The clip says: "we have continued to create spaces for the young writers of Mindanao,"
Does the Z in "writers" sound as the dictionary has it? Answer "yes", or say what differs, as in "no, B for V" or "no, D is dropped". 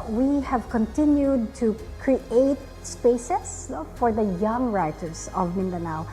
no, S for Z